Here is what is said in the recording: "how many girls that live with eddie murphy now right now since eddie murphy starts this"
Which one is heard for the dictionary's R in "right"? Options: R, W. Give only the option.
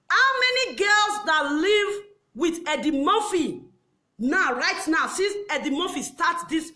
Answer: R